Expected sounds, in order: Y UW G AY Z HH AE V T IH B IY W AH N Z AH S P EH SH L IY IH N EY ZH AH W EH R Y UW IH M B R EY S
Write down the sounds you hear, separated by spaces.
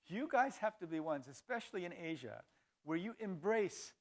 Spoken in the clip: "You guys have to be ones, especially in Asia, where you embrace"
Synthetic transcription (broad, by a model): Y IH G AY Z HH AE F T IH B IY W AH N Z AH S P EH SH L IY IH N EY ZH AH W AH R Y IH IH M B R EY S